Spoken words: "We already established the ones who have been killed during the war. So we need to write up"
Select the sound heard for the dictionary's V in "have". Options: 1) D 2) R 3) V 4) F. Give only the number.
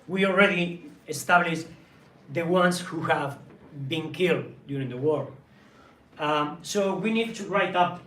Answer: 3